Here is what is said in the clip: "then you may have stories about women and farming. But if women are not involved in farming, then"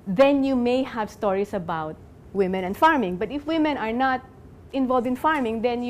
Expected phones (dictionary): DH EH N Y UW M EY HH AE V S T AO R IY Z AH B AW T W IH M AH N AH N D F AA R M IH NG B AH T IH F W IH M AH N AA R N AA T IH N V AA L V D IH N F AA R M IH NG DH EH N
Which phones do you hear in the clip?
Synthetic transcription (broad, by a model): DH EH N Y UW M EY HH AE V S T AO R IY S AH B AW T W IH M AH N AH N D F AA R M IH NG B AH T IH F W IH M AH N AA R N AA T IH N V AA L V D IH N F AA R M IH NG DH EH N